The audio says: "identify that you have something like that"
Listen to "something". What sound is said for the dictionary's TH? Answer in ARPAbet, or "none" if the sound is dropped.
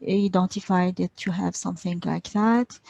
TH